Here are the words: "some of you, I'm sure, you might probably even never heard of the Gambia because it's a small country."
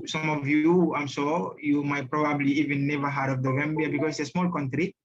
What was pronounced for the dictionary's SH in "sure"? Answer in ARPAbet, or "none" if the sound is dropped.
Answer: S